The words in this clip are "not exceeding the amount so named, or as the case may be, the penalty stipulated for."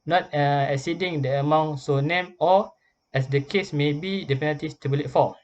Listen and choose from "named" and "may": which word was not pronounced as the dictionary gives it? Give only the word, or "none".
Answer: named